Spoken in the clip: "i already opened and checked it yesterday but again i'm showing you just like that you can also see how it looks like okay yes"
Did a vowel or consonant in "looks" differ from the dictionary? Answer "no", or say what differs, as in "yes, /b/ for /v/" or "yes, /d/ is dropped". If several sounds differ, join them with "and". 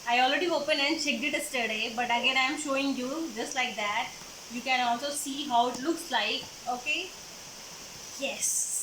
no